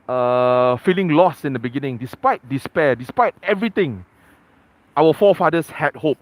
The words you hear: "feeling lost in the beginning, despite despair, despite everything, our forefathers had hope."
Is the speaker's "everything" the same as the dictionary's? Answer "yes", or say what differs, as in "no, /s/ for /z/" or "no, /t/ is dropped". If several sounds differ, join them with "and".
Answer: no, /t/ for /θ/